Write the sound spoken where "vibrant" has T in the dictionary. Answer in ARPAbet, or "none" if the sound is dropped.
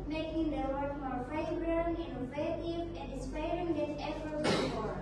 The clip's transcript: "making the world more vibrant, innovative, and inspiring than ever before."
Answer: none